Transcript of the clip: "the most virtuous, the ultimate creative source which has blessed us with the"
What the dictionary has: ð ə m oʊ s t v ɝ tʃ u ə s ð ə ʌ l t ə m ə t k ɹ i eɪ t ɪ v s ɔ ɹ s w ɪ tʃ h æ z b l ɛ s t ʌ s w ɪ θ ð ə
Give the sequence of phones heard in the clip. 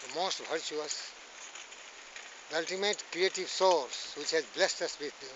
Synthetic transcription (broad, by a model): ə m oʊ s t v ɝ tʃ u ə s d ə ʌ l t ə m ə t k ɹ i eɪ t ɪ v s ɔ ɹ s w ɪ tʃ h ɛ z b l ɛ s t ʌ s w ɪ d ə